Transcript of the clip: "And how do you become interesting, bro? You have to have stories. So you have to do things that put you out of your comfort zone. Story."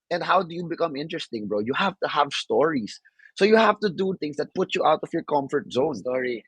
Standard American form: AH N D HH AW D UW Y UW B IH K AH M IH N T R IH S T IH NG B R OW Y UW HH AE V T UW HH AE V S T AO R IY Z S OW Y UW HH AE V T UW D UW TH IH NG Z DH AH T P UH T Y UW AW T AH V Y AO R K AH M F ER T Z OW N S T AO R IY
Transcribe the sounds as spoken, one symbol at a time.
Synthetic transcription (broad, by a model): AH N D HH AW D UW Y UW B IH K AH M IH N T R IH S T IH NG B R OW Y UW HH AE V T UW HH AE V S T AO R IY S OW Y UW HH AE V T UW D UW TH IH NG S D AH T P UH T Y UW AW T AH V Y AO R K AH M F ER T Z OW N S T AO R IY